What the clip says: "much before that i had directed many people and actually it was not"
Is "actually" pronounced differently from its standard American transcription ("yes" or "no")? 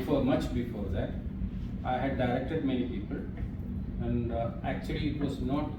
no